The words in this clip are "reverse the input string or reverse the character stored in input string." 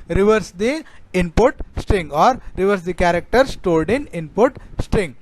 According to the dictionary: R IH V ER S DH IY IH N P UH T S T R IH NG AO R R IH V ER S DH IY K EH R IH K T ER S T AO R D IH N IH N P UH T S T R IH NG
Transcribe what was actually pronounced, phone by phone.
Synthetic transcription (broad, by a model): R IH V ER S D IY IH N P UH T S T R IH NG AO R R IH V ER S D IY K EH R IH K T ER S T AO L D IH N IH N P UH T S T R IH NG